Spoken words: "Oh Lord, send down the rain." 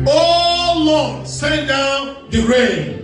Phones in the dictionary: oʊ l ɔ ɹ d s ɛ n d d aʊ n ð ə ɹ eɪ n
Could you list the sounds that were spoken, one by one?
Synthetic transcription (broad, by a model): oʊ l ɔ s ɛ d d aʊ n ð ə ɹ eɪ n